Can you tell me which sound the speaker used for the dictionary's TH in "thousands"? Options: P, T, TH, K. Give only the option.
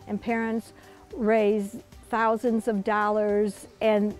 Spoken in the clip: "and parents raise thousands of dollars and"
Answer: TH